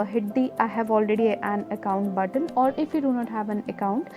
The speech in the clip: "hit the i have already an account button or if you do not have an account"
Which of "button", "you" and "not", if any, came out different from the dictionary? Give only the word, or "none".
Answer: button